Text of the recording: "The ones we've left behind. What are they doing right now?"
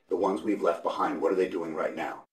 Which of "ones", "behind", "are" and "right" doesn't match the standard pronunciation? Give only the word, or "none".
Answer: none